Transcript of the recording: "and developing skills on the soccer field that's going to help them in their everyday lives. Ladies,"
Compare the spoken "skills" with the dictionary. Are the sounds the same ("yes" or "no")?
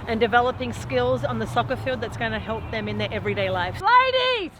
yes